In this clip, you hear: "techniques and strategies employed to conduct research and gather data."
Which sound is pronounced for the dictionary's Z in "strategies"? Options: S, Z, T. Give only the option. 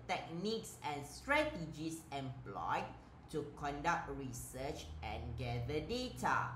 S